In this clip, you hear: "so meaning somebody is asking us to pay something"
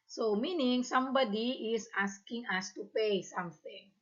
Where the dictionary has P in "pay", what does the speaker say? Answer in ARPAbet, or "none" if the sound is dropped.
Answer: P